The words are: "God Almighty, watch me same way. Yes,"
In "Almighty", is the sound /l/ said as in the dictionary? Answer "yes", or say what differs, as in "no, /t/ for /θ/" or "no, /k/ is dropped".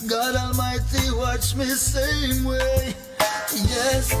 no, /l/ is dropped